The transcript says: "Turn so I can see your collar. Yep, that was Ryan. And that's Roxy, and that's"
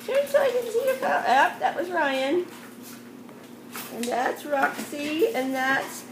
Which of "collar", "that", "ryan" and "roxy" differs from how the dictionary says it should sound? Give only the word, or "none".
collar